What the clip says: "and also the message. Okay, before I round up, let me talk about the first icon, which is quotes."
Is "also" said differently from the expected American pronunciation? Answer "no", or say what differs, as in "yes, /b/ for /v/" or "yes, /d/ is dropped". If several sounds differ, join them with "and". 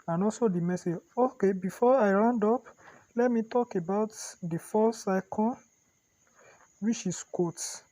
yes, /l/ is dropped